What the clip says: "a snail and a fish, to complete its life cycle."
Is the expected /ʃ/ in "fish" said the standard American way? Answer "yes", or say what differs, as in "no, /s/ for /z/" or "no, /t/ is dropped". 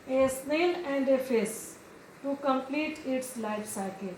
no, /s/ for /ʃ/